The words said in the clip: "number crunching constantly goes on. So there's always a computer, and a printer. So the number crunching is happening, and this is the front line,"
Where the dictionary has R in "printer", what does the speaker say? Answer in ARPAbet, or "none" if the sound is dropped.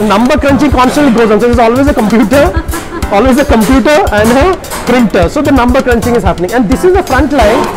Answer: R